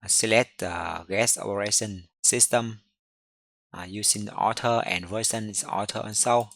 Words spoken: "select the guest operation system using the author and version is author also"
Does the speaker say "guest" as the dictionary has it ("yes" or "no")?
no